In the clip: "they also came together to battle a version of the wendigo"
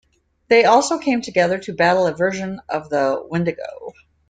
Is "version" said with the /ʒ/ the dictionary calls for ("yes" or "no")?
yes